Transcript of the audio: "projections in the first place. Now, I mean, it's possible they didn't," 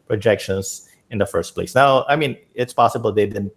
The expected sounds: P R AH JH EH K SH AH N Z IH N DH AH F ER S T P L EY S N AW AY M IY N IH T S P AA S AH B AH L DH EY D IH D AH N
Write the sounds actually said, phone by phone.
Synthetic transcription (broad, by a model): P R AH JH EH K SH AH N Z IH N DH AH F ER S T P L EY S N AW AY M IY N IH T S P AA S AH B AH L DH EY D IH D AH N